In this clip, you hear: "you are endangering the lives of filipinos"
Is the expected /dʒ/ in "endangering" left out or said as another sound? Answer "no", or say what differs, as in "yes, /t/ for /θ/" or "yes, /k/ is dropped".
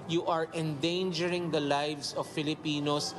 no